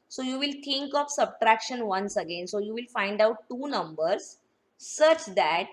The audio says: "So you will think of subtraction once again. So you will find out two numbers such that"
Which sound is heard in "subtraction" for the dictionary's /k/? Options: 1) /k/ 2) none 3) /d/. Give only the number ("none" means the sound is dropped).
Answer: 1